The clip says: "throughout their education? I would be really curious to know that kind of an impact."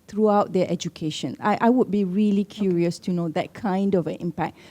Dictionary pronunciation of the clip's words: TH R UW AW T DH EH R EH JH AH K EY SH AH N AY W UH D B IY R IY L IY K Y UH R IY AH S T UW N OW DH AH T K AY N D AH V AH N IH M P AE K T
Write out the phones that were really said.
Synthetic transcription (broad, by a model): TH R UW AW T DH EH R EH JH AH K EY SH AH N AY W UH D B IY R IY L IY K Y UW R IY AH S T UW N OW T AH T K AY N D AH V AH N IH M P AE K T